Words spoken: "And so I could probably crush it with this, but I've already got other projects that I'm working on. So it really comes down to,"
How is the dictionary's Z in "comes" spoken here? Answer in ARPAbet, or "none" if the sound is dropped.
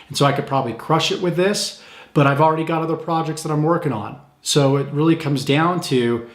Z